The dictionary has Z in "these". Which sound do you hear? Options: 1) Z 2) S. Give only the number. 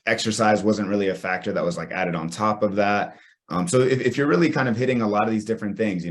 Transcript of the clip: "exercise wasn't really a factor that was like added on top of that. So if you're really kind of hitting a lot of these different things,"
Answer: 1